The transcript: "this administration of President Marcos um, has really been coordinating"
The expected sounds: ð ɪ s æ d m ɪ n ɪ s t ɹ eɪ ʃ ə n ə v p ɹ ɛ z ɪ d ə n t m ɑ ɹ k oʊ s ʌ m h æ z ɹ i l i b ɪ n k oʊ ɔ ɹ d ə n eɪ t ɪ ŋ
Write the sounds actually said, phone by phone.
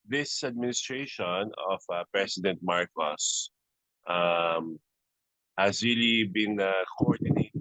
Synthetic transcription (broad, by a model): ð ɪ s æ d m ɪ n ɪ s t ɹ eɪ ʃ ə n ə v p ɹ ɛ s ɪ d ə n t m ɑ ɹ k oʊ s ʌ m h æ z ɹ i l i b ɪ n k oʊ ɔ ɹ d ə n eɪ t